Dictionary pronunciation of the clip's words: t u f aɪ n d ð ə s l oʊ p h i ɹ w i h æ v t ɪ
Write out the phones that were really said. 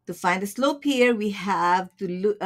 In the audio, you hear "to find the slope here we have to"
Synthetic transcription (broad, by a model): t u f aɪ n d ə s l oʊ p h i ɹ w i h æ v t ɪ